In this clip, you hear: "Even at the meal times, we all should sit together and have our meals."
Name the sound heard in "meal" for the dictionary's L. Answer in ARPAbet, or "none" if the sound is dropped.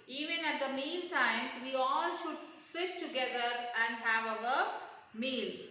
N